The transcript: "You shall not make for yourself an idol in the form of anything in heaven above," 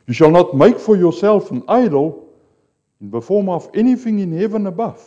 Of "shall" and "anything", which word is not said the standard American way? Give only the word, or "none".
none